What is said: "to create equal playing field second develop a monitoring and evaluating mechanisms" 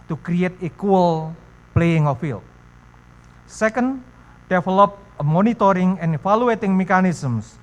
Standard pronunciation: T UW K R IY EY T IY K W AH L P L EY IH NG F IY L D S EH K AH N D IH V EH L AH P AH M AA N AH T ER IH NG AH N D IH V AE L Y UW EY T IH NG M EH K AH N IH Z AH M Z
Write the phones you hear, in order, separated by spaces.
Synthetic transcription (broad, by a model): T UW K R IY EY T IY K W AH L P L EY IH NG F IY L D S EH K AH N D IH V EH L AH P M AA N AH T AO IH NG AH N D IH F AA L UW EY T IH NG M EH K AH N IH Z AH M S